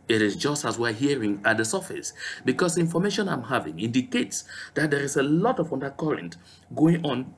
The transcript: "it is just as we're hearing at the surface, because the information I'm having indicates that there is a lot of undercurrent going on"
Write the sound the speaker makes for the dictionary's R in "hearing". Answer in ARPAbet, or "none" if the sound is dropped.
R